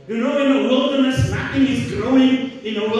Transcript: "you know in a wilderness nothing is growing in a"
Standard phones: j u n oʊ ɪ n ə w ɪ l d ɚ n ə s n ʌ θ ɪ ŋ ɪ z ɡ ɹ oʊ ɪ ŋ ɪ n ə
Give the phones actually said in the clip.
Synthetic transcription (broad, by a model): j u n oʊ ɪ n ə w ɪ l d ɚ n ə s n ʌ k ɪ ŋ ɪ z ɡ ɹ oʊ ɪ ŋ ɪ n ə